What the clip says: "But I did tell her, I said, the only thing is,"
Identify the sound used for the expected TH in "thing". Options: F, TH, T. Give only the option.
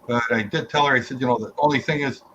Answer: TH